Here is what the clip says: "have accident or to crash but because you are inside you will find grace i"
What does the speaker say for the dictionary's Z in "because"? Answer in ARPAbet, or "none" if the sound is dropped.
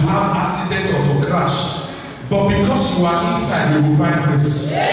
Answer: S